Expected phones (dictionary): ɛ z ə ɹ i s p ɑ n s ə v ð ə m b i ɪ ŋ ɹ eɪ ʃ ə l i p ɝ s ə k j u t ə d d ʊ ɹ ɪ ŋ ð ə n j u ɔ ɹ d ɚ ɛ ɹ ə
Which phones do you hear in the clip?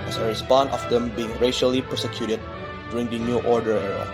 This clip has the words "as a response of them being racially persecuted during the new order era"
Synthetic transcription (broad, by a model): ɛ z ə ɹ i s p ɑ n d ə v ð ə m b i ɪ ŋ ɹ eɪ ʃ ə l i p ɝ s ə k j u t ə d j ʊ ɹ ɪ ŋ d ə n j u ɔ ɹ d ɚ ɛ ɹ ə